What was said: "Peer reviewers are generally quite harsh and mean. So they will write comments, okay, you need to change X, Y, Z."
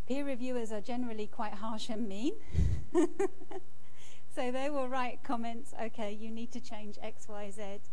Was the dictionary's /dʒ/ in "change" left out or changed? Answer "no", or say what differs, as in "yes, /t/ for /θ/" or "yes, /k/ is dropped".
no